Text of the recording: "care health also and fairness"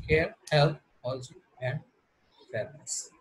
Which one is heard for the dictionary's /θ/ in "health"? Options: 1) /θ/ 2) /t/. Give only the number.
2